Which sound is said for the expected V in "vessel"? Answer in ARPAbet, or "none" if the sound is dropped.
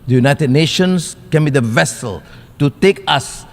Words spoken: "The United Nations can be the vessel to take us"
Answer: V